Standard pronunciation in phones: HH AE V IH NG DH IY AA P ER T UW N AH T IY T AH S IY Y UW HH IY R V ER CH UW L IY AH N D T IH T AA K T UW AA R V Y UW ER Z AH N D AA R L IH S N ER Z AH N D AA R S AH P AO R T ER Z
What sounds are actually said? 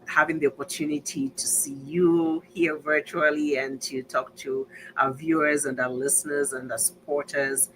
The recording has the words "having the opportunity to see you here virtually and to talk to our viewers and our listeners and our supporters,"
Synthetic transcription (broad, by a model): HH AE V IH NG DH IY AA P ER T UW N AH T IY T AH S IY Y UW HH IY R V ER CH UW L IY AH N T IH T AA K T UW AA V Y UW ER Z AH N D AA L IH S N ER Z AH N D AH S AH P AO R T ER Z